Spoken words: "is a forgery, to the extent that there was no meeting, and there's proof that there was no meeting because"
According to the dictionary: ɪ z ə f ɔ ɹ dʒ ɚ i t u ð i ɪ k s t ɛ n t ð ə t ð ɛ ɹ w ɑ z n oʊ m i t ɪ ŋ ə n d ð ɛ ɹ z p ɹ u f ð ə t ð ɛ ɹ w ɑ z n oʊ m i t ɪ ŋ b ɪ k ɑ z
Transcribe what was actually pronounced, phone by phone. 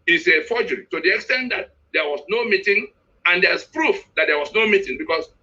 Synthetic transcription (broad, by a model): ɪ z ə f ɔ dʒ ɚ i t u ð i ɪ k s t ɛ n t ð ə t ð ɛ w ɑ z n oʊ m i t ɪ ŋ ə n d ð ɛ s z p ɹ u f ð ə t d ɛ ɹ w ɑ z n oʊ m i t ɪ ŋ b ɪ k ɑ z